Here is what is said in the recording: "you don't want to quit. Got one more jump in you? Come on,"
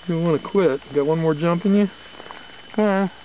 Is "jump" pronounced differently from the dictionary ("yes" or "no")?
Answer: no